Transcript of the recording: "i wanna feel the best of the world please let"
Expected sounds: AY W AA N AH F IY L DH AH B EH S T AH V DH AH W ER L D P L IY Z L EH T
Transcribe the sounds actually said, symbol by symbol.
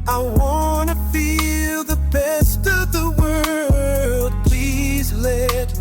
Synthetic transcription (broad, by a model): AY W AA N AH F IY L DH AH B EH S T AH V DH AH W ER L D P L IY Z L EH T